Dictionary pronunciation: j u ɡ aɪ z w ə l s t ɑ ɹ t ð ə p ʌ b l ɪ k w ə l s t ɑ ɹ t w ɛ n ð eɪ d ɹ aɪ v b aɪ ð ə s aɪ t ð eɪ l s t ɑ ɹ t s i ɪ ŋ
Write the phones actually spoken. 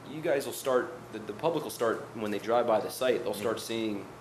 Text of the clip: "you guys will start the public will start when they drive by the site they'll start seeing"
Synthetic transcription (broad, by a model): j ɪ ɡ aɪ z w ə l s t ɑ ɹ t ð ə p ʌ b l ɪ k w l s t ɑ ɹ t w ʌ n ð eɪ d ɹ aɪ v b aɪ ð ə s aɪ t ð eɪ l s t ɑ ɹ t s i ɪ ŋ